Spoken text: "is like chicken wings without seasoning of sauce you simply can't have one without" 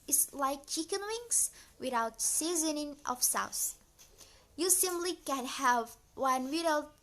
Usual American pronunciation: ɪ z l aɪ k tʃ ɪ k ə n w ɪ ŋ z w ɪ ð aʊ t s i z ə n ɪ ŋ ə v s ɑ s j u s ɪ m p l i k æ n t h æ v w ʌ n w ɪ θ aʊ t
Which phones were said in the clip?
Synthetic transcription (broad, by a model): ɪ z l aɪ k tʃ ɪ k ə n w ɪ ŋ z w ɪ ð aʊ t s i z ə n ɪ ŋ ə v s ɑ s j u s ɪ m p l i k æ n h æ v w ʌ n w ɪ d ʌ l